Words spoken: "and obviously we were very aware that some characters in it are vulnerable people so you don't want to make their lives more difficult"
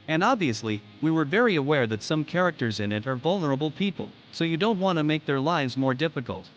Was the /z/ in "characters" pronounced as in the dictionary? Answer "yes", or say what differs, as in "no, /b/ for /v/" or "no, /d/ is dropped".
yes